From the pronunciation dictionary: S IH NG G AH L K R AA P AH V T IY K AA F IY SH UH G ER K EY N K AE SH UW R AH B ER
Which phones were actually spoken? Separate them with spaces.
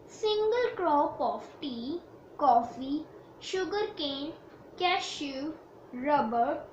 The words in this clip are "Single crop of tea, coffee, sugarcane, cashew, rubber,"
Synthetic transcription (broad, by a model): S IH NG G AH L K R AA P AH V T IY K AA F IY SH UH G ER K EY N K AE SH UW R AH B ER